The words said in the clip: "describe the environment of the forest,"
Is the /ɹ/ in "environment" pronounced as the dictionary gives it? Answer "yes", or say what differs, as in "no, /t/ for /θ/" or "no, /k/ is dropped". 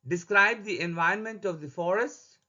no, /ɹ/ is dropped